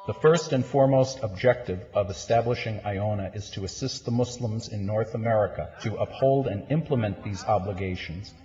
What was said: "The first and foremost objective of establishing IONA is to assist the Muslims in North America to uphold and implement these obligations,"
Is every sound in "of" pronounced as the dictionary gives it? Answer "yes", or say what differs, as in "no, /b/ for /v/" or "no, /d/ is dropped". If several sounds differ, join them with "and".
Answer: yes